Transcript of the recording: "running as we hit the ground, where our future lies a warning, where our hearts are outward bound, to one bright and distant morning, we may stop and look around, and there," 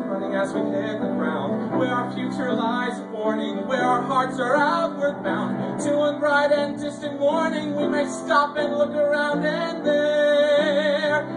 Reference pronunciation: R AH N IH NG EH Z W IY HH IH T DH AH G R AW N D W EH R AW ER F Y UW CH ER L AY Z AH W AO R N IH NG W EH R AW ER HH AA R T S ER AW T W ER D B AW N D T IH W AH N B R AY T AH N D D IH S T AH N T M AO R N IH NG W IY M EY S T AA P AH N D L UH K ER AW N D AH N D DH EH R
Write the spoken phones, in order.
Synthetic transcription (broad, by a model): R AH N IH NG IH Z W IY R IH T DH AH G R AW N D W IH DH AW ER F Y UW CH ER L AY Z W AO R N IH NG W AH R AW ER HH AA R T S ER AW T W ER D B AW N T IH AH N B R AY T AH N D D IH S T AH N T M AO R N IH NG W IY M EY S T AA P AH N L UH K ER AW N D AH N DH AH R